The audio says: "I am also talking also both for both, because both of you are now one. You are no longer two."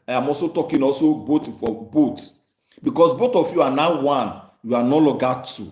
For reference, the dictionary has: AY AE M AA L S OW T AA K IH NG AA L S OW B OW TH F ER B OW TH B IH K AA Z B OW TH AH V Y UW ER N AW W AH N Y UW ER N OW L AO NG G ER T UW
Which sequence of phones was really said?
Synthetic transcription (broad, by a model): AY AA M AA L S OW T AA K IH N AA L S OW B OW T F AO B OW T B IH K AA S B OW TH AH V Y UW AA N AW W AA N Y UW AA N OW L AO G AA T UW